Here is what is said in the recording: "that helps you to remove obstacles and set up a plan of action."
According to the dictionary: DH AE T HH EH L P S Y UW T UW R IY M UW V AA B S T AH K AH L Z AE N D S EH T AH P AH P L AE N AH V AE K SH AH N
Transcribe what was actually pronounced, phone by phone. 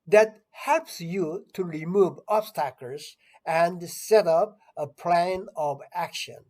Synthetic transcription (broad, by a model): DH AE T HH EH L P S Y UW T UW R IY M UW V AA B S T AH K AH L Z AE N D S EH T AH P AH P L AE N AH V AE K SH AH N